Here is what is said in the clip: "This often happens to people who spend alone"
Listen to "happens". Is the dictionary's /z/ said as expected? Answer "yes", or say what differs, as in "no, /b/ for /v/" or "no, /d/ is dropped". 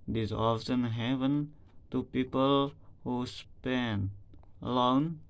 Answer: no, /z/ is dropped